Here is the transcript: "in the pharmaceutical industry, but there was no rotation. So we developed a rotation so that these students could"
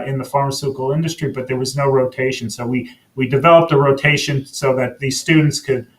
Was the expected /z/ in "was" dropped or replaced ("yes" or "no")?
no